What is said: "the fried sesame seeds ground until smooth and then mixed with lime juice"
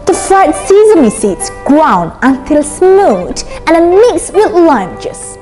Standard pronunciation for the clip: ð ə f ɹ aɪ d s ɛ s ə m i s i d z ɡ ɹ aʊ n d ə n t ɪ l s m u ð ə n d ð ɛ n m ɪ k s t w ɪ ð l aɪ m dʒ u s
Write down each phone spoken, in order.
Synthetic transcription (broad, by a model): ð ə f ɹ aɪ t s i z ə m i s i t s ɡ ɹ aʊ n ə n t ɪ l s m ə l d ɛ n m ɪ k s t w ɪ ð l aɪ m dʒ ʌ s